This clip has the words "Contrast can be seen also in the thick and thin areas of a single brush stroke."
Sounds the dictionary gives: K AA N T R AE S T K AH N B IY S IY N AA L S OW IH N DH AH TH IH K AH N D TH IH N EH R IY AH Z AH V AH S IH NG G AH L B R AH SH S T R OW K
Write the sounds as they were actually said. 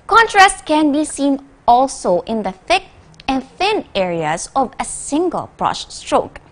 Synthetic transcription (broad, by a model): K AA N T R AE S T K AH N B IY S IY N AA L S OW IH N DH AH TH IH K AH N TH IH N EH R IY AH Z AH V AH S IH NG G AH L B R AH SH S T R OW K